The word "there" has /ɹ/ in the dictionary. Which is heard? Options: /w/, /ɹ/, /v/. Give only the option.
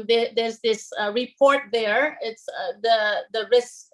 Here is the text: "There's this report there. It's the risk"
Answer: /ɹ/